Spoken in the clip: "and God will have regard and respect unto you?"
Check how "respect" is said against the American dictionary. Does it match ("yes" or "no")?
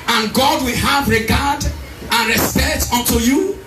no